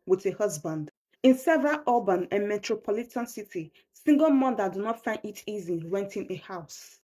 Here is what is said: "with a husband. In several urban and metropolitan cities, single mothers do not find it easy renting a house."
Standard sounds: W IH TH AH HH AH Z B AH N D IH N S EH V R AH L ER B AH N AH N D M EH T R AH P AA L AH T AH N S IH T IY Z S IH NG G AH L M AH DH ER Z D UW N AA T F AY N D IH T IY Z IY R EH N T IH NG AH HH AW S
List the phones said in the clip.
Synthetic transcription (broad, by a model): W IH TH AH HH AH Z B AH N D IH N S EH V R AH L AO B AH N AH N M EH T R AH P AA L AH T AH N S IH T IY S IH NG G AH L M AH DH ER D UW N AA T F AY N D IH T IY Z IY W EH N T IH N AH HH AW S